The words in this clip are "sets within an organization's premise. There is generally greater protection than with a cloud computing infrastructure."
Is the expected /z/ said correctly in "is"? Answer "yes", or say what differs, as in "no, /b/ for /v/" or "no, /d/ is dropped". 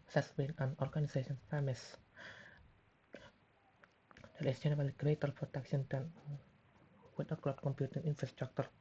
no, /s/ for /z/